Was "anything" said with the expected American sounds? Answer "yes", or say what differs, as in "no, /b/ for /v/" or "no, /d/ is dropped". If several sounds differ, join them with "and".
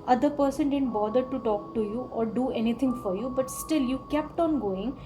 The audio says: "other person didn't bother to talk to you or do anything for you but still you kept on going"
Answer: no, /t/ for /θ/